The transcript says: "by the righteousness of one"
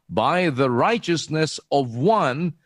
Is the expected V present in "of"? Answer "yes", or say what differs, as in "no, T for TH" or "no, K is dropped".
yes